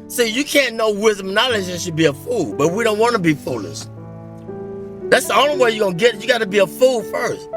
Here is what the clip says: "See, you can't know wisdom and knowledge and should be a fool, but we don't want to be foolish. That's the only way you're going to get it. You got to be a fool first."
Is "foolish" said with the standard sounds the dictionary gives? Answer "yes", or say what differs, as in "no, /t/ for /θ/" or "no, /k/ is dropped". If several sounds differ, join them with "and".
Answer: no, /s/ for /ʃ/